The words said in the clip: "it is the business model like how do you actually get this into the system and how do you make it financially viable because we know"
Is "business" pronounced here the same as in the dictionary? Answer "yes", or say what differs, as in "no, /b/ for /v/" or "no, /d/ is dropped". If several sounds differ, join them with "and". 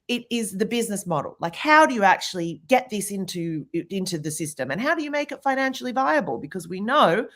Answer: yes